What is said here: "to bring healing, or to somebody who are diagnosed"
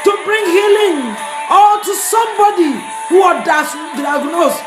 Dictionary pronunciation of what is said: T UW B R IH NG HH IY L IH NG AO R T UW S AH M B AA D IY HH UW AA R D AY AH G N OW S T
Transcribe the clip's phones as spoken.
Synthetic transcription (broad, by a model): T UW B R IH NG HH IY L IH NG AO L T UW S AH M B AA D IY HH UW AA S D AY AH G N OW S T